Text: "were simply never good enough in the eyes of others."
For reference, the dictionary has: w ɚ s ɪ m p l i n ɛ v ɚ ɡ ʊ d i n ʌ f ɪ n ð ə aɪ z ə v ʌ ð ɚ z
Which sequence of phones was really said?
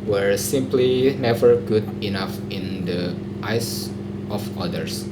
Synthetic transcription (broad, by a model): w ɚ s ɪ m p l i n ɛ v ɚ ɡ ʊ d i n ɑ f ɪ n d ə aɪ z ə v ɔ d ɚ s